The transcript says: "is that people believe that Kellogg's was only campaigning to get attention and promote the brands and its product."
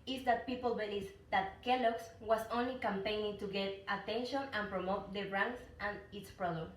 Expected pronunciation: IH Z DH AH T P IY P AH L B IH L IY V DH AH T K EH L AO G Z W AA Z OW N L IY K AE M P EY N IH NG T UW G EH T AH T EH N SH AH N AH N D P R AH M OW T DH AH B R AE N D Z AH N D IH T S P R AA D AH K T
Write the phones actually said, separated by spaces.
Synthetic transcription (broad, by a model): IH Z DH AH T P IY P AH L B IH L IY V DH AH T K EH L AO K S W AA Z OW N L IY K AE M P EY N IH NG T UW G EH T AH T EH N SH AH N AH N P R AH M OW T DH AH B R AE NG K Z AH N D IH T S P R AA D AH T